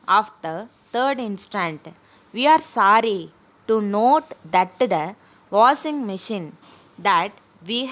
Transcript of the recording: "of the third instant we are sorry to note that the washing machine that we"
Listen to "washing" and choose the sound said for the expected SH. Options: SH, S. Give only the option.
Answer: S